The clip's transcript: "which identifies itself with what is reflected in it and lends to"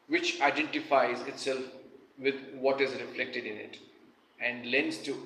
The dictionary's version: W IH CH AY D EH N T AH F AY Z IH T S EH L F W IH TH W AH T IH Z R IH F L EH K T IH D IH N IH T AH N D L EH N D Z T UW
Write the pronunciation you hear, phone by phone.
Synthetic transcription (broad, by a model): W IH CH AY D EH N T AH F AY Z IH T S EH L F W IH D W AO T IH Z R IH F L EH K T IH D IH N IH T AH N D L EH N D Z T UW